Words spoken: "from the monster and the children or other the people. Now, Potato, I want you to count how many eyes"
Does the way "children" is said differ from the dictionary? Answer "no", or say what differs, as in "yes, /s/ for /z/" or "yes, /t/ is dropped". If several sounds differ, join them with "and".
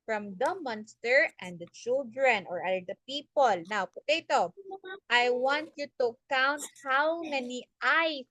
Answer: no